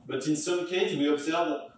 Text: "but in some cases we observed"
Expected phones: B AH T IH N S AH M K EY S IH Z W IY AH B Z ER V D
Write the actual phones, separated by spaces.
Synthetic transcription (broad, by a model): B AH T IH N S AH M K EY IH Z W IY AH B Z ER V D